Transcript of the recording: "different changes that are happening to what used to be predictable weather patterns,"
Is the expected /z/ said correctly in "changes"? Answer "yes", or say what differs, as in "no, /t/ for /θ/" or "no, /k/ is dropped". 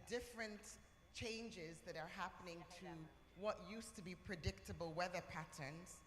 yes